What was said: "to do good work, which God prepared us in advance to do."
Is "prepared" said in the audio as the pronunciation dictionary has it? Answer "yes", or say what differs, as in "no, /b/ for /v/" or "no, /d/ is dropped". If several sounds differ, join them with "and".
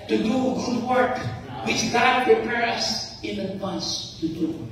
no, /d/ is dropped